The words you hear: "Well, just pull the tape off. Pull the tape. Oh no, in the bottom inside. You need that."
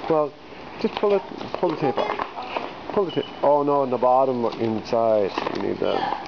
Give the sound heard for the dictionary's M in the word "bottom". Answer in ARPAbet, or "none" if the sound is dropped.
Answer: M